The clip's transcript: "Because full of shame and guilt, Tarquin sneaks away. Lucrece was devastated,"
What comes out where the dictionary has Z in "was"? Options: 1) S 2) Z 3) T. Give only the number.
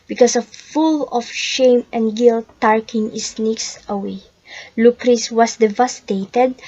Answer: 1